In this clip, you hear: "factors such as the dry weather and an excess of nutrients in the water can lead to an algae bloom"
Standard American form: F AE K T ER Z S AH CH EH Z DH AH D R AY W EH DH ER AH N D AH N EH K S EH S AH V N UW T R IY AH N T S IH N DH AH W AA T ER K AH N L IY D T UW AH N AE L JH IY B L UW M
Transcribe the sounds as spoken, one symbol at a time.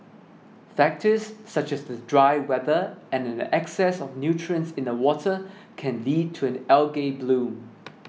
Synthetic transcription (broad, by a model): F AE K T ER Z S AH CH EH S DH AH D R AY W EH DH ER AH N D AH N EH K S EH S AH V N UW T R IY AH N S IH N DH AH W AA T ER K AH N L IY D T UW AH N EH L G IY B L UW M